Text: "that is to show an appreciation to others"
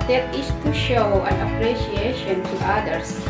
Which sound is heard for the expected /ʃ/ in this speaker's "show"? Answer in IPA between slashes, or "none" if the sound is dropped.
/ʃ/